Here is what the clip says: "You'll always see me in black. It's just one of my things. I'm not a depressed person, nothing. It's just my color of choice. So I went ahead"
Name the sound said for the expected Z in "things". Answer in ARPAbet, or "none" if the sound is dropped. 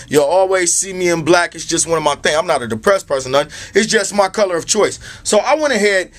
none